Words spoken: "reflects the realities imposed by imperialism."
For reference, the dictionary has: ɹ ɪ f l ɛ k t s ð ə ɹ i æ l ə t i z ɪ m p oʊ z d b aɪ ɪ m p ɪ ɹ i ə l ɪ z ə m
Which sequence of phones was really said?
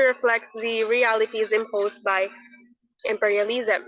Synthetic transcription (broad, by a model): ɹ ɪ f l ɛ k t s ð ə ɹ i æ l ə t i z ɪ m p oʊ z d b aɪ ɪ m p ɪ ɹ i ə l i z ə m